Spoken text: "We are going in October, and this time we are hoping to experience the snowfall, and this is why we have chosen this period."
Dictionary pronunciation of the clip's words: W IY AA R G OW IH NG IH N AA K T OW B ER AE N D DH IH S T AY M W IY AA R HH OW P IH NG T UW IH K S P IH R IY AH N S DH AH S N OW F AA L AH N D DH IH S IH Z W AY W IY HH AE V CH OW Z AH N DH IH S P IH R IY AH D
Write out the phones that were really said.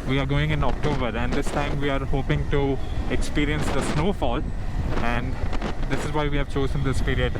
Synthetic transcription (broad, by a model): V IY AA R G OW IH NG IH N AA K T OW B ER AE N D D IH S T AY M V IY AA R HH OW P IH NG T UW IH K S P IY R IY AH N S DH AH S N OW F AA L AH N D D IH S IH Z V AY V IY HH AE V CH OW Z AH N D IH S P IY R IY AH D